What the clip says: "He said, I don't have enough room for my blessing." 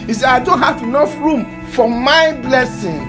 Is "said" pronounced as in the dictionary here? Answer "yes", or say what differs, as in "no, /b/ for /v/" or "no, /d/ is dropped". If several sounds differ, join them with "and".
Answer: no, /d/ is dropped